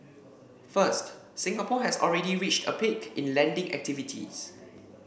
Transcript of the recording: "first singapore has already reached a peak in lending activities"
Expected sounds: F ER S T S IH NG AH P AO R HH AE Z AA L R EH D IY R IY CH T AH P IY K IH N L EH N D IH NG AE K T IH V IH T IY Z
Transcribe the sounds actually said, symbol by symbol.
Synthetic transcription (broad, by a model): F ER S T S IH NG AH P AO HH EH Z AA L R EH D IY R IY CH T AH P IY K IH N L EH N D IH NG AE K T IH V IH T IY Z